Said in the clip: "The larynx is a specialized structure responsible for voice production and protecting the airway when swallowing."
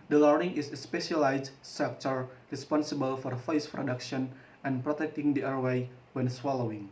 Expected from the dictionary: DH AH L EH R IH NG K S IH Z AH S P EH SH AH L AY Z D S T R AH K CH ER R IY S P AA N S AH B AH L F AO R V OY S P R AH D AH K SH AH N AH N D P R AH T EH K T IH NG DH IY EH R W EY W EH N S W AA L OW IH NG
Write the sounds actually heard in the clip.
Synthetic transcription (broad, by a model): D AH L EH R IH NG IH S S P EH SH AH L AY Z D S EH K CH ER R IY S P AA N S AH B AH L F AO R F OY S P R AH D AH K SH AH N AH N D P R AH T EH K T IH NG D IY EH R W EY W EH N S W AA L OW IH NG